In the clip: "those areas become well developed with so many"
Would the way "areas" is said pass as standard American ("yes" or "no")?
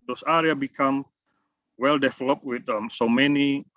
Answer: no